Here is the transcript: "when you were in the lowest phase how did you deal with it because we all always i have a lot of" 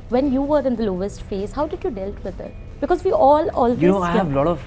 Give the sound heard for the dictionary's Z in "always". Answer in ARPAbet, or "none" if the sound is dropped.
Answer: none